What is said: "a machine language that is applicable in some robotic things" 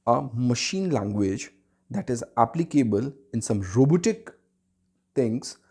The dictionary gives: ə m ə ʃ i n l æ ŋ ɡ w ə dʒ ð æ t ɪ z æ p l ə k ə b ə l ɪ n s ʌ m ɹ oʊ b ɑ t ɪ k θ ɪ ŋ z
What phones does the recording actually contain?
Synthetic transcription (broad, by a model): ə m ə ʃ i n l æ ŋ ɡ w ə dʒ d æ t ɪ z æ p l ə k ə b ə l ɪ n s ʌ m ɹ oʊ b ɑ t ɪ k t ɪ ŋ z